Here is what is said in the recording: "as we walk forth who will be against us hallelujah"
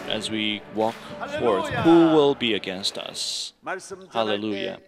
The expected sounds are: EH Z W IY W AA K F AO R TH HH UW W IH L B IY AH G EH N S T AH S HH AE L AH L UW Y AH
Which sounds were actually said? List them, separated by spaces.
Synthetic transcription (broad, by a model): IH Z W IY W AA K F AO R TH HH UW W IH L B IY AH G EH N S T AH S HH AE L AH L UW Y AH